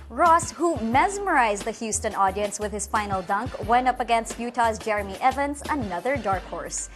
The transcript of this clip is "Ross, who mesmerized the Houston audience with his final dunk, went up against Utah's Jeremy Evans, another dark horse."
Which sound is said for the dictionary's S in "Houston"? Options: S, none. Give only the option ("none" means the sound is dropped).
S